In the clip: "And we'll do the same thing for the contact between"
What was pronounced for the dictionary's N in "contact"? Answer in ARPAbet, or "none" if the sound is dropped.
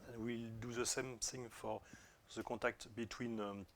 none